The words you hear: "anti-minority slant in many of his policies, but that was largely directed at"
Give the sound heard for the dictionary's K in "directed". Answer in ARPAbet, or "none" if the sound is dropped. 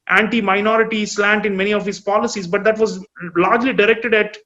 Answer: K